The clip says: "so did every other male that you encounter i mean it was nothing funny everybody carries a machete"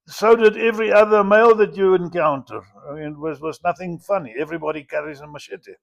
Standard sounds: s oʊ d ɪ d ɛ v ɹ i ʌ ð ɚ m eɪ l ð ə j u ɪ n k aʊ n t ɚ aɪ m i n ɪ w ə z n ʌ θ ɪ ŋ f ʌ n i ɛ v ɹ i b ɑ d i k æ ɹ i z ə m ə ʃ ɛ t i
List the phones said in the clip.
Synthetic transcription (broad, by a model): s oʊ d ɪ d ɛ v ɹ i ʌ ð ɚ m eɪ l ð ə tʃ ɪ ɪ n k aʊ n t ɚ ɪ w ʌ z w ə z n ʌ θ ɪ ŋ f ʌ n i ɛ v ɹ i b ɑ d i k æ ɹ i z ə m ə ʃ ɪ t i